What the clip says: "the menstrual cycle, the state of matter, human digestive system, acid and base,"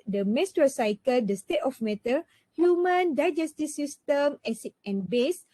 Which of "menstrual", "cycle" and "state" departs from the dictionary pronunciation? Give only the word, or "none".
menstrual